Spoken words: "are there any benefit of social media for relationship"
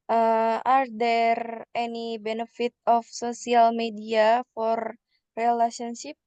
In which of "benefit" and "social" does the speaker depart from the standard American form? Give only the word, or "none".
social